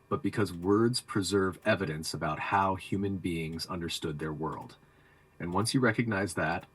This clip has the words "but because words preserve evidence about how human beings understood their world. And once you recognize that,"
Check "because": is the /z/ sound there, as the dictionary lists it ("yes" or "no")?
yes